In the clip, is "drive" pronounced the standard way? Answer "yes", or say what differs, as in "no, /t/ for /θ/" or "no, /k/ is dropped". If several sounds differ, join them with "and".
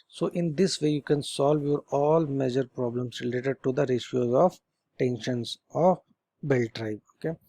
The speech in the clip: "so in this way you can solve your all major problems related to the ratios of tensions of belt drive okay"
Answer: no, /b/ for /v/